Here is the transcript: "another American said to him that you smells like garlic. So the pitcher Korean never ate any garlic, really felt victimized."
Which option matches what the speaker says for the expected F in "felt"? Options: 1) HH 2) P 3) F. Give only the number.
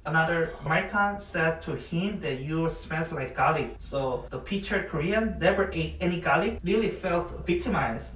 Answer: 3